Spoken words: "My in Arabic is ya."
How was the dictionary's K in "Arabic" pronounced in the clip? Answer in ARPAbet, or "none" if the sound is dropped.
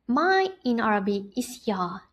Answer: none